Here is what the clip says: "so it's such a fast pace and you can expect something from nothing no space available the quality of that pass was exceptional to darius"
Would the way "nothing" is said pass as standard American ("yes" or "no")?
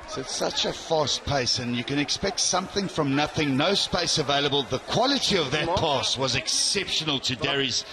yes